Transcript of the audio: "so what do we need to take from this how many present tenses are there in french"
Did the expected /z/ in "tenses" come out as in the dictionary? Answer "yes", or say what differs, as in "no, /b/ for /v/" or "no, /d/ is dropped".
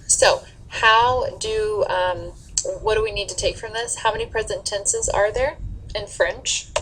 yes